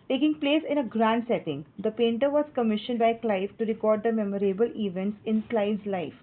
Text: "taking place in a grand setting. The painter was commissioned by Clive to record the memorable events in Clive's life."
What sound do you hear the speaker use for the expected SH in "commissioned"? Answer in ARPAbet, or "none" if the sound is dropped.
SH